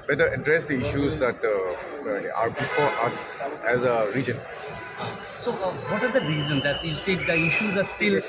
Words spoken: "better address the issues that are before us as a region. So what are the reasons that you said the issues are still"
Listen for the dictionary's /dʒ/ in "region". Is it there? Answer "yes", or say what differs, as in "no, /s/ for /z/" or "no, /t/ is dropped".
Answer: yes